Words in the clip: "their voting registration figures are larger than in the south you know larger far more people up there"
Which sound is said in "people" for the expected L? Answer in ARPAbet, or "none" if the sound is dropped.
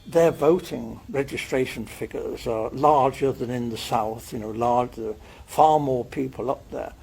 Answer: L